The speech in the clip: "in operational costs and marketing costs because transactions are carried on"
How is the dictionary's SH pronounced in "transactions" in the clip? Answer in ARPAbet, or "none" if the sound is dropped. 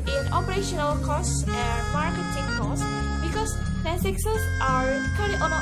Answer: S